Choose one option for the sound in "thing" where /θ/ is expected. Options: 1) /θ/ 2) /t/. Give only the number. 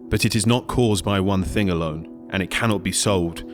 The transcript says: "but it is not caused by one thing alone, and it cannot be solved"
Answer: 1